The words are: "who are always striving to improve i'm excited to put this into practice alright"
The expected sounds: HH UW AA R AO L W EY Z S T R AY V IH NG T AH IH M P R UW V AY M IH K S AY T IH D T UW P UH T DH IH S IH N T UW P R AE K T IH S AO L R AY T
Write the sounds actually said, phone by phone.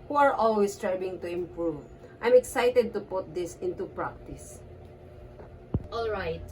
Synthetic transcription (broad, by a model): HH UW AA R AO L W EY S T R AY B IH NG T AH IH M P R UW V AY M IH K S AY T IH D T UW P UH T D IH S IH N T UW P R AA K T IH S AO L R AY T